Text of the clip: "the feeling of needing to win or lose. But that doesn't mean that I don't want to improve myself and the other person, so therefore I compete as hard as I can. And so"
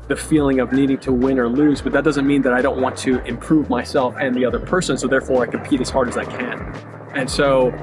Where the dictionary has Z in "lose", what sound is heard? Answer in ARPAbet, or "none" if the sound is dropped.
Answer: Z